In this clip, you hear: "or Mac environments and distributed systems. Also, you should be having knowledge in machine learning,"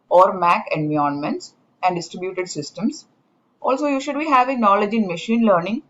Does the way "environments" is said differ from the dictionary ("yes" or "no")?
yes